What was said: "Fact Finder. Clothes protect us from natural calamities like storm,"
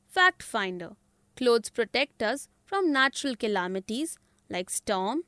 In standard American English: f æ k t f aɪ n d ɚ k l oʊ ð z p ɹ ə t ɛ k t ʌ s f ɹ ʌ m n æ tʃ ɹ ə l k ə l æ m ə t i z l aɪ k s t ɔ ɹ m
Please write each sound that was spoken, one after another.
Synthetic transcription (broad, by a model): f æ k t f aɪ n d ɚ k l oʊ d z p ɹ ə t ɛ k t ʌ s f ɹ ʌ m n æ tʃ ɹ ə l k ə l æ m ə t i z l aɪ k s t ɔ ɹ m